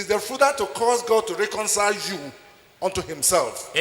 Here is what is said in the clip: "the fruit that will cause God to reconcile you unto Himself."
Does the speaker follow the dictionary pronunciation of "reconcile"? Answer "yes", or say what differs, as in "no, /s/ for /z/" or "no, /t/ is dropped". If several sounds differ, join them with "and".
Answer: yes